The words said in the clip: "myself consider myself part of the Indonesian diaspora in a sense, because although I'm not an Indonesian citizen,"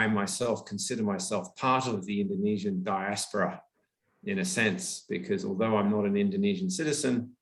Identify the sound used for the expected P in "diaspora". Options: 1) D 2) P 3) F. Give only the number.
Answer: 2